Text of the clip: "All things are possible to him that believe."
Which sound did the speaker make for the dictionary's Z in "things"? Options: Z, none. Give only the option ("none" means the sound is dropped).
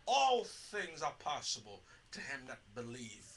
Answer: Z